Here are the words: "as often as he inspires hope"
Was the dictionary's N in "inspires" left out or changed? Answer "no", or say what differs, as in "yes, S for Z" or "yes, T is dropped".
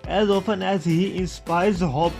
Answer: no